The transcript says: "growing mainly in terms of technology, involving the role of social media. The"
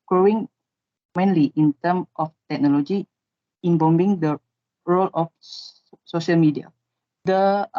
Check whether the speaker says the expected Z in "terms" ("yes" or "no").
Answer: no